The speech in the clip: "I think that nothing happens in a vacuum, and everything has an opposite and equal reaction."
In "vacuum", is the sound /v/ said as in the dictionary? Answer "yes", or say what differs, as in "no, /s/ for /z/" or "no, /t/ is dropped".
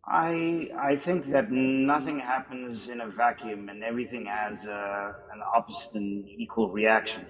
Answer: yes